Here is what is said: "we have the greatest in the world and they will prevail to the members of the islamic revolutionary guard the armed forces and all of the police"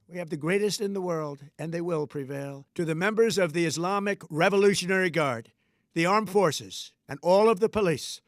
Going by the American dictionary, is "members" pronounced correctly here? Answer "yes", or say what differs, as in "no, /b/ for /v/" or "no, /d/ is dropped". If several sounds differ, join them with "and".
yes